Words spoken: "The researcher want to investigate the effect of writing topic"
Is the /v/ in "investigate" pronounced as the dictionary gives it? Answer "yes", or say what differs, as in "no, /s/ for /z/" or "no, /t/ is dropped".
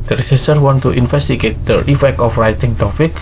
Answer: no, /f/ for /v/